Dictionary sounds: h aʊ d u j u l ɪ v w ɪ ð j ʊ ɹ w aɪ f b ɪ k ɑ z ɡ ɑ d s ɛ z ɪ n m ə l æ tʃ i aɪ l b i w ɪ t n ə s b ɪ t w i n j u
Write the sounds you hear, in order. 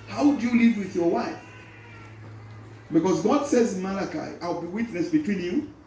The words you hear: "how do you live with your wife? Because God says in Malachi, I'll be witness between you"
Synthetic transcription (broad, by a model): h aʊ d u j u l ɪ v w ɪ ð j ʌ ɹ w aɪ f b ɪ k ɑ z ɡ ɑ d s ɛ z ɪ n m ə l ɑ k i aɪ l b i w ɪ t n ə s b ɪ t w i n j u